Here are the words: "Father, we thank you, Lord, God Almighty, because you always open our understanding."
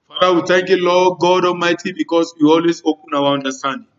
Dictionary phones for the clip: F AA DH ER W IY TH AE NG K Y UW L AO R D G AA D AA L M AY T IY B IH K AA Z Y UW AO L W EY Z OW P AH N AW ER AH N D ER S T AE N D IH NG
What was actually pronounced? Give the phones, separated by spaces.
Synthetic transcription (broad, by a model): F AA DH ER W IY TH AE NG K Y UW L AO G AA D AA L M AY T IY B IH K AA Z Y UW AO L W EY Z OW P AH N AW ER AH N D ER S T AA N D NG